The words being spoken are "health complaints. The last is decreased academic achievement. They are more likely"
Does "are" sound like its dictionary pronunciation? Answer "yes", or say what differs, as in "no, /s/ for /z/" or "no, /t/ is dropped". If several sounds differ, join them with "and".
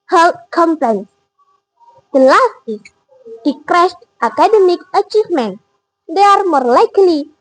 yes